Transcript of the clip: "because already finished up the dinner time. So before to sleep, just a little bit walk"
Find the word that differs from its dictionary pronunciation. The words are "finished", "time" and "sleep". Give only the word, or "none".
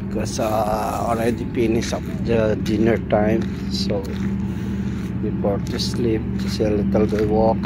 finished